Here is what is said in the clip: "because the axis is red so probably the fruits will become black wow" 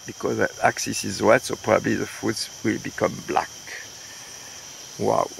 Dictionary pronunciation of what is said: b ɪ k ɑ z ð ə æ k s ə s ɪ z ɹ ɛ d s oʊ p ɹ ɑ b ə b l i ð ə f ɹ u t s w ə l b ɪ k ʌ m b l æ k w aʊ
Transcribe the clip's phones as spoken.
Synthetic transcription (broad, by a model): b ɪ k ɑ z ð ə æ k s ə s ɪ z w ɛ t s oʊ p ɹ ɑ b ə b l i ð ə f u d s w ə l b ɪ k ʌ m b l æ k w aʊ